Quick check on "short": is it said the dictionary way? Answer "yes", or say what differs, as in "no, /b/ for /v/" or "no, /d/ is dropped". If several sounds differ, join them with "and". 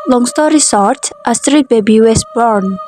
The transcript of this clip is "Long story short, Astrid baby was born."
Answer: no, /s/ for /ʃ/